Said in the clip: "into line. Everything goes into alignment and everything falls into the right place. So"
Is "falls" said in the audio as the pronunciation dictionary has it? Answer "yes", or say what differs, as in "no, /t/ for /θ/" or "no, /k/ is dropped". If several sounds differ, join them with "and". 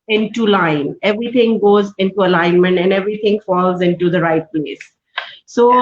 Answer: yes